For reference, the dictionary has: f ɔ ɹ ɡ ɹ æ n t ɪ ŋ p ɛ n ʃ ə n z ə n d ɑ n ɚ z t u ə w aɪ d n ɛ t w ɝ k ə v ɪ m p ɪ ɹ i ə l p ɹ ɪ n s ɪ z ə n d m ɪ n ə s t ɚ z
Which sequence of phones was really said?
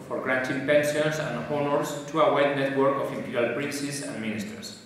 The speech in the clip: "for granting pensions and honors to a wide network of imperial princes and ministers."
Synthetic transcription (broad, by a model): f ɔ ɹ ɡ ɹ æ n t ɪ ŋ p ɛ n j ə n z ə n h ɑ n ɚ s t u ə w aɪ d n ɛ t w ɝ k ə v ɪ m p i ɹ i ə l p ɹ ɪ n s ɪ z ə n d m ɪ n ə s t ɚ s